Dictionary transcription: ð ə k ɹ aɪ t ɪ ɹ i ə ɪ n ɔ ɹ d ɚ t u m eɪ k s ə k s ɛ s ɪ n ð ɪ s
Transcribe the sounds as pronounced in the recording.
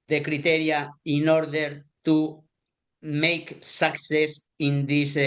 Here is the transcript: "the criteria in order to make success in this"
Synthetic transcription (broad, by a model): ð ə k ɹ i t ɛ ɹ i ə ɪ n ɔ ɹ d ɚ t u m eɪ k s ə k s ɛ s ɪ n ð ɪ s